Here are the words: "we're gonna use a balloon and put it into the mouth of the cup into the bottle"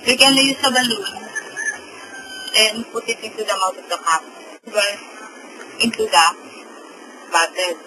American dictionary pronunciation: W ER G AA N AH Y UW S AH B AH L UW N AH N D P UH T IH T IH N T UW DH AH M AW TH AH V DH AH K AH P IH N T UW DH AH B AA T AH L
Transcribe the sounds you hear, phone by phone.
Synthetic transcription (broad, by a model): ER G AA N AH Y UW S AH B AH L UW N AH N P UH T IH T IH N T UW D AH M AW T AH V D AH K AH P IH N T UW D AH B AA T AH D